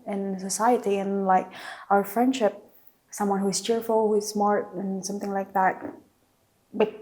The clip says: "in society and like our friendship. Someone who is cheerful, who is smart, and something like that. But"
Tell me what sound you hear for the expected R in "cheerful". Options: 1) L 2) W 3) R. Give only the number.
3